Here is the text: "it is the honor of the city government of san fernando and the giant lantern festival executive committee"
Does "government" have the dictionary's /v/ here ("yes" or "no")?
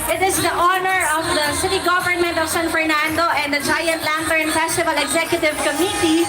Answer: yes